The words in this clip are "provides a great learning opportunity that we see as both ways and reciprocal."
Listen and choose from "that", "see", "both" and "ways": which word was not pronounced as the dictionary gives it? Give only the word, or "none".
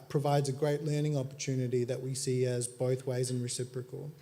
none